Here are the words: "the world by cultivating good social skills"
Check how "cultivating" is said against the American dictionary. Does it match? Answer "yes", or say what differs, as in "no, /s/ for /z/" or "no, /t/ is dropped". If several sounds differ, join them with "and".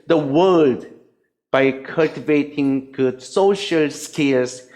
yes